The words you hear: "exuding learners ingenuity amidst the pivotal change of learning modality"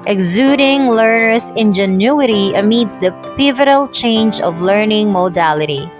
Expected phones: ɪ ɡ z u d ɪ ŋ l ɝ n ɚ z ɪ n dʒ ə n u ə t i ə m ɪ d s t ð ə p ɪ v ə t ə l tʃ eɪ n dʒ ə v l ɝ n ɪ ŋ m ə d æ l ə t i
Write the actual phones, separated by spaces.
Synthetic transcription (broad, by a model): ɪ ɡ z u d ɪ ŋ l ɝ n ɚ s ɪ n dʒ ə n u ə t i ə m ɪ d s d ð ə p ɪ v ə t ə l tʃ eɪ n dʒ ə v l ɝ n ɪ ŋ m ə d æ l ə t i